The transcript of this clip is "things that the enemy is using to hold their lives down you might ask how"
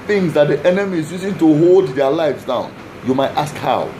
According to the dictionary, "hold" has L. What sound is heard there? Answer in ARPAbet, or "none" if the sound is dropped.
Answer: L